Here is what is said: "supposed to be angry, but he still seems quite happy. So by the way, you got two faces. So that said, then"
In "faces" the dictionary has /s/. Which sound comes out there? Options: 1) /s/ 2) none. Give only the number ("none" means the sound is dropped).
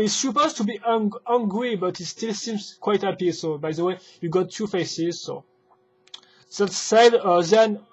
1